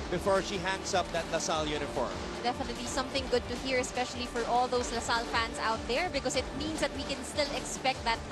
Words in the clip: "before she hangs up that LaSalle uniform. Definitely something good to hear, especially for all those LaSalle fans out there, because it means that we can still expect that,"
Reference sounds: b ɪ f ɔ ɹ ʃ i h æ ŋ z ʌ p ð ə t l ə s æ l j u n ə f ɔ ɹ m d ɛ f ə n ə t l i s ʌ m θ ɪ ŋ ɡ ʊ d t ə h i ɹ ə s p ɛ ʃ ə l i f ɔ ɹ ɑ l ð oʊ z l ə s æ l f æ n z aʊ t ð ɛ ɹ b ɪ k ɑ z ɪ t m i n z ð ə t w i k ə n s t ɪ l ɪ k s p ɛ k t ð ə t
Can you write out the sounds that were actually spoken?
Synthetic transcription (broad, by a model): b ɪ f ɔ ɹ ʃ i h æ ŋ s ʌ p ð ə t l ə s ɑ l j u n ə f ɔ ɹ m d ɛ f ə n ə t l i s ʌ m θ ɪ ŋ ɡ ʊ d t ə h i ɹ ə s p ɛ ʃ ə l i f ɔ ɹ ɑ l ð oʊ s l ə s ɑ l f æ n s aʊ t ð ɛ ɹ b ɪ k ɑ s ɪ t m i n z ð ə t w i k ə n s t ɪ l ɪ k s p ɛ k t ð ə t